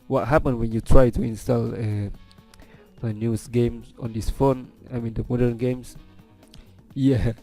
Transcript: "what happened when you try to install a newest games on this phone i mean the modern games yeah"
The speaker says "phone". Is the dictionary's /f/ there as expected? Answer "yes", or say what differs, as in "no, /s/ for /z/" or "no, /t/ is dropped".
yes